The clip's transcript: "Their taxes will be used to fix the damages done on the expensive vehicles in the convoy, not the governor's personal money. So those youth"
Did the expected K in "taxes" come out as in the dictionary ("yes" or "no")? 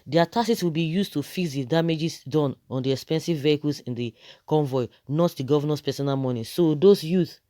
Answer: no